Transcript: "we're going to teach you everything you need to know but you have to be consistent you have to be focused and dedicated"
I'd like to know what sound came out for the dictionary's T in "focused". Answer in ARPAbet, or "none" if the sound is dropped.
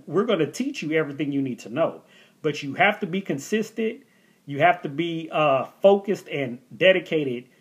T